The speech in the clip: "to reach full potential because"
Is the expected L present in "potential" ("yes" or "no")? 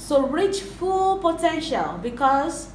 yes